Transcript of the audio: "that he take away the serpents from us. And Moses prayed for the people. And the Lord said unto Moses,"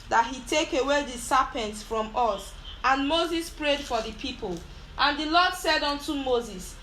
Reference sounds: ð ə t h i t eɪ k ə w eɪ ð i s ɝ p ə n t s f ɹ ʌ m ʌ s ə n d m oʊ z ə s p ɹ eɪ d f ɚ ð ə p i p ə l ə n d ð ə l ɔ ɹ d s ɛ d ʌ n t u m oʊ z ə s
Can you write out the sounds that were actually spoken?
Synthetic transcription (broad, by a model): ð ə t h i t eɪ k ə w eɪ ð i s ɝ p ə n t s f ɹ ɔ m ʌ s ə n m oʊ z ə s p ɹ eɪ d f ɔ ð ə p i p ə l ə n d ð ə l ɔ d s ɛ d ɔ n t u m oʊ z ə s